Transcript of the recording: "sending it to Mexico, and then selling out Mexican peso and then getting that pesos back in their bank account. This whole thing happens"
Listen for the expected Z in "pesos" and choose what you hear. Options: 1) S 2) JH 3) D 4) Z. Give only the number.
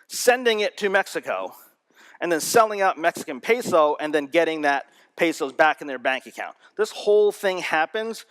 4